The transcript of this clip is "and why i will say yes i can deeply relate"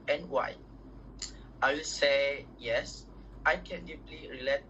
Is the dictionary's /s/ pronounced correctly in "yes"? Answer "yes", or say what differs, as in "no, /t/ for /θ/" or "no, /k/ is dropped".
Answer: yes